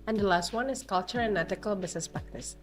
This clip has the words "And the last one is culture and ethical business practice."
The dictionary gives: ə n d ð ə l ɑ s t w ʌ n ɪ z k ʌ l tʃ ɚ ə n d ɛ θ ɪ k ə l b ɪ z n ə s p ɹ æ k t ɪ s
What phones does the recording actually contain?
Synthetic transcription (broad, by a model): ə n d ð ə l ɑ s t w ʌ n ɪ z k ʌ l tʃ ɚ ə n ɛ t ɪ k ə l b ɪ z n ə s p ɹ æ k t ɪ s